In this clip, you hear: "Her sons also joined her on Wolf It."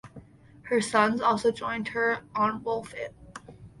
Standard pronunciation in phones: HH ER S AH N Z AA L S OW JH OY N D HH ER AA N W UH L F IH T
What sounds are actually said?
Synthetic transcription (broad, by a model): HH ER S AH N Z AA L S OW JH OY N D HH ER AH N W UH L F IH T